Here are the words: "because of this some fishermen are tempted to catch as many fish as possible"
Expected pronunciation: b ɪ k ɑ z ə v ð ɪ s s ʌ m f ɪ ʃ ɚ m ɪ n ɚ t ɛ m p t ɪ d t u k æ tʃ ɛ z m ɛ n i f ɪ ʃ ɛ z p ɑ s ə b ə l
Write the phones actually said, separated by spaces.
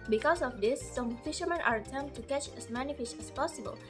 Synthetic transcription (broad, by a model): b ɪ k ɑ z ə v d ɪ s s ʌ m f ɪ ʃ ɚ m ɪ n t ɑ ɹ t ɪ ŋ t u k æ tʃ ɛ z m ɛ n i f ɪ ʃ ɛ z p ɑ s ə b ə l